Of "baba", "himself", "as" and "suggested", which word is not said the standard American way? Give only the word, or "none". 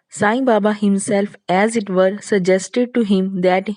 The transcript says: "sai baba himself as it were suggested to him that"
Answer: none